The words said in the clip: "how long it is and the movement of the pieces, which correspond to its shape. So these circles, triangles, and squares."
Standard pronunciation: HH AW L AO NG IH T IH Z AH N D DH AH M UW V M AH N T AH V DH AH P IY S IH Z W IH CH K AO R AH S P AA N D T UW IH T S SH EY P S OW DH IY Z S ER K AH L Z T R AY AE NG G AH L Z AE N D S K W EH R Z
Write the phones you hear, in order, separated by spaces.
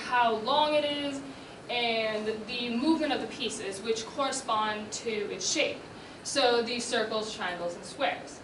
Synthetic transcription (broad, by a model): HH AW L AO NG IH T IH Z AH N DH AH M UW V M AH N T AH V DH AH P IY S IH Z W IH CH K AO R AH S P AA N T UW IH T S SH EY P S OW DH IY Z S ER K L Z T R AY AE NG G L Z N S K W EH R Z